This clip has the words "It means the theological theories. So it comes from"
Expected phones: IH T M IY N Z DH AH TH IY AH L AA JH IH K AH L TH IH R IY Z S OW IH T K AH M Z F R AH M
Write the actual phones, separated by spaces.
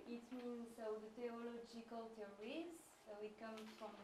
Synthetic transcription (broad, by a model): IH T M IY N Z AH T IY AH L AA JH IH K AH L T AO R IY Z S OW IH T K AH M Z F R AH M